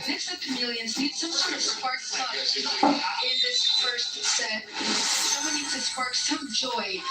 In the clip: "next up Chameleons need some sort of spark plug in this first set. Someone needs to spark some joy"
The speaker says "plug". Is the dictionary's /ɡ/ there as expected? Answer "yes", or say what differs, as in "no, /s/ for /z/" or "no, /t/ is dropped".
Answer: no, /ɡ/ is dropped